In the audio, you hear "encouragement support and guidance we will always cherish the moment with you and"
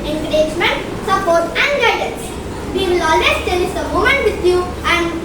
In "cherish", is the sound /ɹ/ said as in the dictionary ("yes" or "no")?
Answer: no